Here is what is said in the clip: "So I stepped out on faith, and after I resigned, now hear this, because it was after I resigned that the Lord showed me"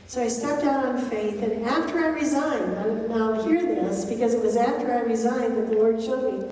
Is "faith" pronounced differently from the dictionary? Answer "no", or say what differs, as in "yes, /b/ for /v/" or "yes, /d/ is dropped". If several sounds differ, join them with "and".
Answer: no